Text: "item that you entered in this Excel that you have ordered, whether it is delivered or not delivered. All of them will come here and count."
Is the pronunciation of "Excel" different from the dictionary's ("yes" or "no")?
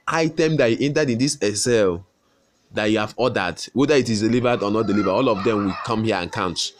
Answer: yes